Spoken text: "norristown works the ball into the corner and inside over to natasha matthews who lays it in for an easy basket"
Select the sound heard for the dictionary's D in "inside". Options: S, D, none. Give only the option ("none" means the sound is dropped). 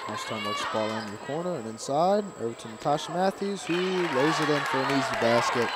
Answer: D